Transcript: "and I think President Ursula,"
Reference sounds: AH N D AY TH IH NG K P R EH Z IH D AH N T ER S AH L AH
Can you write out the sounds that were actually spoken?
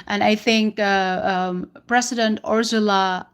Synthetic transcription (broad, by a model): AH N AY TH IH NG K P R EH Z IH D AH N T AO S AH L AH